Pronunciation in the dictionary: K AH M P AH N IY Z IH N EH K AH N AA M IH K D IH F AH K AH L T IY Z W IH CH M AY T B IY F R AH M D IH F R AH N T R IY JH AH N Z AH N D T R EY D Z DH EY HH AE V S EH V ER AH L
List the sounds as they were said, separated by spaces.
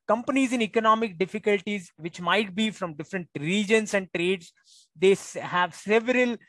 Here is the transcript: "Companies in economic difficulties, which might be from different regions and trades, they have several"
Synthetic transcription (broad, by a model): K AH M P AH N IY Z IH N EH K AH N AA M IH K D IH F AH K AH L T IY Z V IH CH M AY T B IY F R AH M D IH F R AH N T R IY JH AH N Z AH N D T R EY D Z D EY HH AE V S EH V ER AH L